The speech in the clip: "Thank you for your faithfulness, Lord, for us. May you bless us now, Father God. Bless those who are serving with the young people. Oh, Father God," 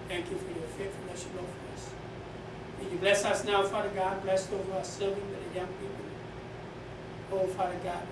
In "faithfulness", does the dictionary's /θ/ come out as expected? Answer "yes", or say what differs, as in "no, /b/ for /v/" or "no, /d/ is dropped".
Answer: no, /t/ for /θ/